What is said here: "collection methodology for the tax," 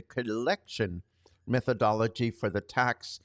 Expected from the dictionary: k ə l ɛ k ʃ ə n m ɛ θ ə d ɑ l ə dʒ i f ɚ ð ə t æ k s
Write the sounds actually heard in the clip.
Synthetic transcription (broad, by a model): k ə l ɛ k ʃ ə n m ɛ θ ə d ɑ l ə dʒ i f ɚ ð ə t æ k s